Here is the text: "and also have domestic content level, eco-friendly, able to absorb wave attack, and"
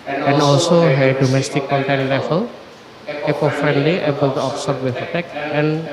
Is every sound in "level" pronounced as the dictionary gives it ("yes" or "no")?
no